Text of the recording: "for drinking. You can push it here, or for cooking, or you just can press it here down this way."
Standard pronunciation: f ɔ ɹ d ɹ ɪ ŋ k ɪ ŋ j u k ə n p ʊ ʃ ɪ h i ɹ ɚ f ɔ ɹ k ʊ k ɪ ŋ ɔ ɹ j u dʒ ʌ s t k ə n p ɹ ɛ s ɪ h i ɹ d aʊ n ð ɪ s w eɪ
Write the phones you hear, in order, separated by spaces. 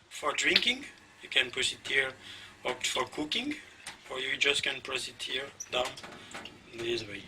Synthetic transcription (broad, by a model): f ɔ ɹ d ɹ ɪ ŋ k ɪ ŋ j u k ə n p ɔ s ɪ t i ɹ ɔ f ɔ ɹ k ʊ k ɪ ŋ ɔ ɹ j u dʒ ʌ s t k ə n p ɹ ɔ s ɪ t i ɹ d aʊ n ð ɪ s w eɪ